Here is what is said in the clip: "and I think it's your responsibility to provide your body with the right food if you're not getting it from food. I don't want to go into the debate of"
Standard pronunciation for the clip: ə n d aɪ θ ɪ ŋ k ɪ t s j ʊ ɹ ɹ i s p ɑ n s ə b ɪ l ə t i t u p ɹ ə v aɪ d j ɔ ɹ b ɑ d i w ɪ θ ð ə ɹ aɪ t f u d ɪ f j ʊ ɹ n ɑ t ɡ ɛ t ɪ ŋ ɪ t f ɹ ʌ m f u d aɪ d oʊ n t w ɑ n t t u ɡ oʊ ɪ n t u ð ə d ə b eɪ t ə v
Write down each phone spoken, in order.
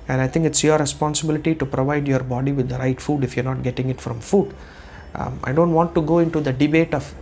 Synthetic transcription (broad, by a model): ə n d aɪ t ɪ ŋ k ɪ t s j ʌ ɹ ɹ i s p ɑ n s ə b ɪ l ə t i t u p ɹ ə v aɪ d j ɔ ɹ b ɑ d i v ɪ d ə ɹ aɪ t f u d ɪ f j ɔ ɹ n ɑ t ɡ ɛ t ɪ ŋ ɪ t f ɹ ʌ m f u d aɪ d oʊ n t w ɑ n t t u ɡ oʊ ɪ n t u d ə d ə b eɪ t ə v